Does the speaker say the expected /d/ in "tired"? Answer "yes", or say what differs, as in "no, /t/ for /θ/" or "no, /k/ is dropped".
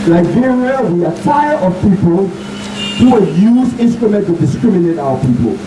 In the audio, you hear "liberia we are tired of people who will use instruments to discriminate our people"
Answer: no, /d/ is dropped